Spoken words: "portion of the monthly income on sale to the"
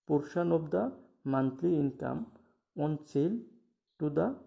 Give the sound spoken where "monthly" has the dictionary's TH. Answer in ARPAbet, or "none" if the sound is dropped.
T